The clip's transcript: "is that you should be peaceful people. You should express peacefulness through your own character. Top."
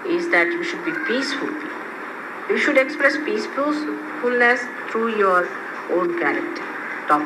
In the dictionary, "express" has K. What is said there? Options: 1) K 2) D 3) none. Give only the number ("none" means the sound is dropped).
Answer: 1